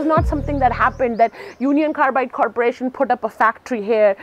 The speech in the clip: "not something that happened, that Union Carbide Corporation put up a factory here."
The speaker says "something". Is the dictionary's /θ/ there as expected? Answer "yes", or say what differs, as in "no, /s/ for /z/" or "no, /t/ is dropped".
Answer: no, /t/ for /θ/